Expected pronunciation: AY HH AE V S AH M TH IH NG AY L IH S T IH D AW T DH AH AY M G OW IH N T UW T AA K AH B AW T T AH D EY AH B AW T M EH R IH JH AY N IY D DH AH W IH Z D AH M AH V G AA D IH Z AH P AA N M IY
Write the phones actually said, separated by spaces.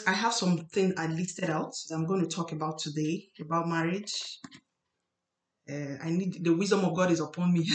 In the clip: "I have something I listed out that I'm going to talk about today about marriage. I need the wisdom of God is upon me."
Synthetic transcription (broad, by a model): AY HH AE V S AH M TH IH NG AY L IH S T IH D AW T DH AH AY M G OW IH N T UW T AA K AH B AW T T AH D EY AH B AW T M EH R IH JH AY N IY D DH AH W IH Z D AH M AH V G AA D IH Z AH P AA N M IY